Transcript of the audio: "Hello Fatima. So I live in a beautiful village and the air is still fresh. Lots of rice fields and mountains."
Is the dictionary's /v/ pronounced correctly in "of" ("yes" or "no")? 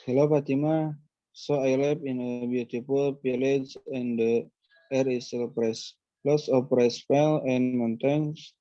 no